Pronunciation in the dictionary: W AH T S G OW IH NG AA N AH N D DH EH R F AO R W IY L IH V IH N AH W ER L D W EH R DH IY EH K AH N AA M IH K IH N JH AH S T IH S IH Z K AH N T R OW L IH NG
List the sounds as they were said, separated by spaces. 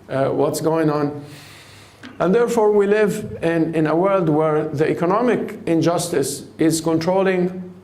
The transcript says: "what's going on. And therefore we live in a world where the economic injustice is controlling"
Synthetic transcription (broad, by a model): W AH T S G OW IH NG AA N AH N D DH EH R F AO R W IY L IH V IH N AH W ER L D W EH R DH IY EH K AH N AA M IH K IH N JH AH S T IH S IH Z K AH N T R OW L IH NG